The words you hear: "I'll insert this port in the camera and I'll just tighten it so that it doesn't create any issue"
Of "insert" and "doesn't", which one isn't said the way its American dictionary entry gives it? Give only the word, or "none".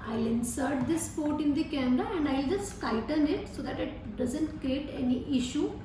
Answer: none